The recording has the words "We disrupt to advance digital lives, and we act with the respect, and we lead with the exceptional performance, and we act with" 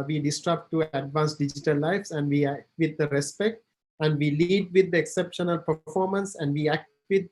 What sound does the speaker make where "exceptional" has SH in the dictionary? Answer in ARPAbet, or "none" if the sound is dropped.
SH